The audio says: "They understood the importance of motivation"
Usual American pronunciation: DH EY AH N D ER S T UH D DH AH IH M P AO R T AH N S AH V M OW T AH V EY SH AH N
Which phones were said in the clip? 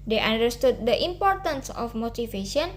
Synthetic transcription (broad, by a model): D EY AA N D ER S T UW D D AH IH M P AO R T AH N S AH F M OW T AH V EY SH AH N